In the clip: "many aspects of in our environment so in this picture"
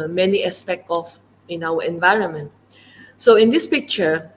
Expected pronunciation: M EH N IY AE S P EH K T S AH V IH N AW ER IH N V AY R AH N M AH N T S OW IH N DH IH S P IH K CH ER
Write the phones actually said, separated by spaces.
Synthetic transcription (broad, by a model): M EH N IY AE S P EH K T AH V IH N AW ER IH N V AY R AH N M AH N T S OW IH N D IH S P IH K CH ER